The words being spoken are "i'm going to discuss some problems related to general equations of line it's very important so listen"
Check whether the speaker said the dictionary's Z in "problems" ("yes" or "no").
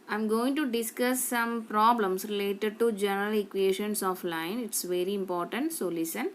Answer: no